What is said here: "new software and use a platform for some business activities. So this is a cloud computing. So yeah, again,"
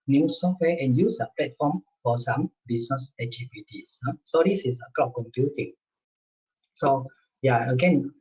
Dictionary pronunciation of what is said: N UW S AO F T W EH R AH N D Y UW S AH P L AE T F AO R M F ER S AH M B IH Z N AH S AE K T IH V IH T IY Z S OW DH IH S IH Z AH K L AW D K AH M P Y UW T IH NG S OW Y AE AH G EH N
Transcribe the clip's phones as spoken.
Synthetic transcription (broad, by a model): N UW S AO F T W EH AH N Y UW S AH P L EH T F AO M F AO S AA M B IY S N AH S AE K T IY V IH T IY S S OW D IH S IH S AH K AO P K AH M P Y UW T IH NG S OW Y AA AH G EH N